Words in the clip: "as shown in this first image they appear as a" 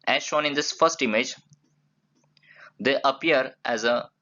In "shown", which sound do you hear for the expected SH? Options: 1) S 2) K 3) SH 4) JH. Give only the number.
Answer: 3